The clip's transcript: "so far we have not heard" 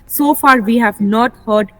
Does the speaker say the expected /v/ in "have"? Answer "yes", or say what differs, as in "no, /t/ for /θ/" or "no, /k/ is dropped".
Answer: yes